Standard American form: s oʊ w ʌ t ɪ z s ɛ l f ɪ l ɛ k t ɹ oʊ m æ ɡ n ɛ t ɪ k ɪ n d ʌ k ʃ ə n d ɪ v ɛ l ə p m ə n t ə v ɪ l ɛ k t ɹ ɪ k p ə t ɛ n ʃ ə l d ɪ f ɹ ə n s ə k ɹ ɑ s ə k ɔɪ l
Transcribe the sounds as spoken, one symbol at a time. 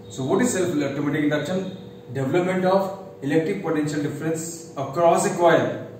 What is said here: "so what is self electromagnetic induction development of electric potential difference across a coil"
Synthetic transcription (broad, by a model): s oʊ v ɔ t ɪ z s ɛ l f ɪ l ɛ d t oʊ m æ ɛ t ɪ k ɪ n d ʌ k ʃ ə n d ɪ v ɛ l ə p m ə n t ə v ɪ l ɛ k t ɹ ɪ k p ə t ɛ n ʃ ə l d ɪ f ɹ ə n s ə k ɹ ɑ s ə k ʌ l